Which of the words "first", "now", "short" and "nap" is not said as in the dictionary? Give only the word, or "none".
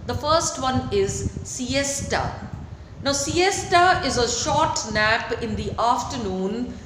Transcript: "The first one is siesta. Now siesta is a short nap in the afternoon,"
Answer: none